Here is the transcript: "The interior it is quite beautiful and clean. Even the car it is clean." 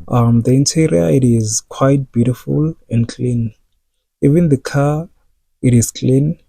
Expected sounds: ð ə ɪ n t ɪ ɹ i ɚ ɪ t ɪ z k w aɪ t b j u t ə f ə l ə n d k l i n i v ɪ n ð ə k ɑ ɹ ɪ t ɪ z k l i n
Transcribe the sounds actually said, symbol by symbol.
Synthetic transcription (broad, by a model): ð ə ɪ n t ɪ ɹ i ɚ ɪ t ɪ z k w aɪ t b j u t ə f ə l ə n d k l i n i v ɪ n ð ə k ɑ ɪ t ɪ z k l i n